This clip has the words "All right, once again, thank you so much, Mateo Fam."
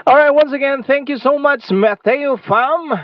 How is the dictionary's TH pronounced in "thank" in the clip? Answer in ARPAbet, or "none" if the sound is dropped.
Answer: TH